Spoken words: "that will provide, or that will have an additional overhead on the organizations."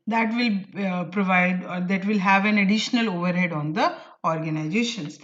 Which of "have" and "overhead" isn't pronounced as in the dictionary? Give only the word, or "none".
none